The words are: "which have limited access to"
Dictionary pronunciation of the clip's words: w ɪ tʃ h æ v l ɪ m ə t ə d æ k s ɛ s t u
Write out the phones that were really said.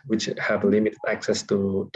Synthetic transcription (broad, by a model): w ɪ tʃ h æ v l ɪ m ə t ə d æ k s ɛ s t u